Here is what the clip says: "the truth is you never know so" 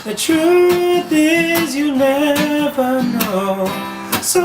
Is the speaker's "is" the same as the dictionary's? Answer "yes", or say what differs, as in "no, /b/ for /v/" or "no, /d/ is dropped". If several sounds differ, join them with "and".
yes